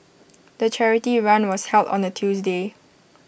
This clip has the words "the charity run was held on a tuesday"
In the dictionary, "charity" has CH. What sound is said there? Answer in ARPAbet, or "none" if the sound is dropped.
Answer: CH